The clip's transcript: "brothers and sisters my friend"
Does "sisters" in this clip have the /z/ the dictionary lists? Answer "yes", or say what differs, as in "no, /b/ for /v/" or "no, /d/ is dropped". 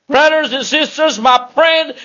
yes